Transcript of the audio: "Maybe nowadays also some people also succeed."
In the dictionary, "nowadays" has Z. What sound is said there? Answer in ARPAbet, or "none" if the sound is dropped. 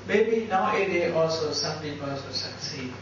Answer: none